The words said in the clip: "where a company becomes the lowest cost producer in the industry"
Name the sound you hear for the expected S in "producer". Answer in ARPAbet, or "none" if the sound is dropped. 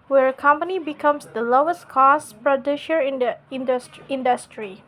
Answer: SH